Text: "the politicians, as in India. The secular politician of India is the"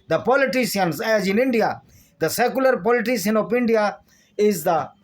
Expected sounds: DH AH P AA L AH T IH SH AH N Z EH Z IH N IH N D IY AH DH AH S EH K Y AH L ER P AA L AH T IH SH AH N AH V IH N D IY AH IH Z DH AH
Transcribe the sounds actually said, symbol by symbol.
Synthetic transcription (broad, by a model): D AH P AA L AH T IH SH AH N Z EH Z IH N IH N D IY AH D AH S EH K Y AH L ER P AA L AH T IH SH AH N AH P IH N D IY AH IH Z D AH